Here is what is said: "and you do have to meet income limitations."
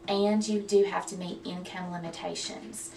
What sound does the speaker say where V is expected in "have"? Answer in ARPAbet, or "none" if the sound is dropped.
F